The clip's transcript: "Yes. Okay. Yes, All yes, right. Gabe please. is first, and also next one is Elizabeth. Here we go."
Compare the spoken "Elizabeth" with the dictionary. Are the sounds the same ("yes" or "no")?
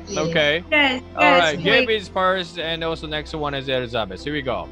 no